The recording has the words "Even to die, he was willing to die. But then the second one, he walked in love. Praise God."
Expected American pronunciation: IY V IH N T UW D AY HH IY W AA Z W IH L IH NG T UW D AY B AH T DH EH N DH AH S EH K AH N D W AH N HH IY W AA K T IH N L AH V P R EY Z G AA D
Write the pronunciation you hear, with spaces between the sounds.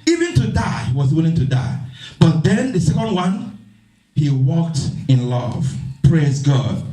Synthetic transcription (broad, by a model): IY V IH N T UW D AY HH IY W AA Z W IH L IH NG T UW D AY B AH T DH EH N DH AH S EH K AH N D W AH N HH IY W AA K T IH N L AH V P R EY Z G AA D